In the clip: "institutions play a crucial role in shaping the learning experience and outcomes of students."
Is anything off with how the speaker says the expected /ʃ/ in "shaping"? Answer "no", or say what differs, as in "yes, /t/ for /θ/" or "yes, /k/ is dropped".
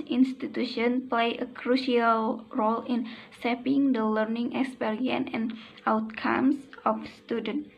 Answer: yes, /s/ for /ʃ/